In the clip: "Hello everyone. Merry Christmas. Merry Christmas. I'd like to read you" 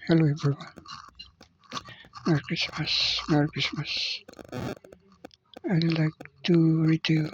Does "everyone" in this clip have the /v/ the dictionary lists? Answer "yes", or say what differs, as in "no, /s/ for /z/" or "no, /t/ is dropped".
no, /b/ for /v/